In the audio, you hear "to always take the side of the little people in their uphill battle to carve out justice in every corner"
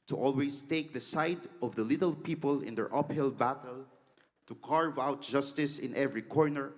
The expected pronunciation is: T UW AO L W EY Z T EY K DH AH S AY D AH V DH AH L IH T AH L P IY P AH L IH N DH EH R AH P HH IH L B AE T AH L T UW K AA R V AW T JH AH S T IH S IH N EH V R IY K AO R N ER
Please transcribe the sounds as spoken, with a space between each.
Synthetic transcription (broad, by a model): T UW AO L W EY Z T EY K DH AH S AY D AH V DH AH L IH T AH L P IY P AH L IH N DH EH R AH P HH IH L B AE T AH L T UW K AA R V AW T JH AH S T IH S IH N EH V R IY K AO R N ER